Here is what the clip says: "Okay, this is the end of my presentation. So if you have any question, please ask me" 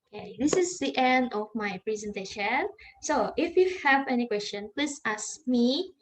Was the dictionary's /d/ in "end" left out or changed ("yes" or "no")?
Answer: no